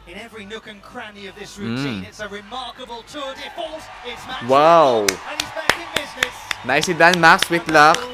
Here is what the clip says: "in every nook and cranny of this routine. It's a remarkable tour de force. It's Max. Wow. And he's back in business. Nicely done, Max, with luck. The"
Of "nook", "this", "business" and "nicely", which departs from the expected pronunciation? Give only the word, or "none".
nicely